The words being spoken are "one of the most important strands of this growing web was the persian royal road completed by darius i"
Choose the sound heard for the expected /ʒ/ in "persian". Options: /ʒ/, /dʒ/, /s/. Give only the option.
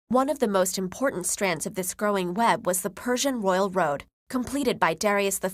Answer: /ʒ/